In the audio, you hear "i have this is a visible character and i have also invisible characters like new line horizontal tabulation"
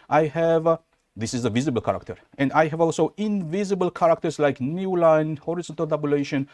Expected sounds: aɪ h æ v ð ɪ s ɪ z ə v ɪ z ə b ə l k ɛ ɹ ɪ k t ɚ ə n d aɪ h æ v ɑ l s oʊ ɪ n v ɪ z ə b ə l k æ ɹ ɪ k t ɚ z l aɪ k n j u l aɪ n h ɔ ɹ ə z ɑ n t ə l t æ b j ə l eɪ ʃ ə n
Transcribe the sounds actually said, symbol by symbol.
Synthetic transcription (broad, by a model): aɪ h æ v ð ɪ s ɪ z ə v ɪ z ə b ə l k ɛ ɹ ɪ k t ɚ ə n d aɪ h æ v ɑ l s oʊ ɪ n v ɪ z ə b ə l k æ ɹ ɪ k t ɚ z l aɪ k n j u l aɪ n h ɔ ɹ ə z ɑ n t ə l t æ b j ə l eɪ ʃ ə n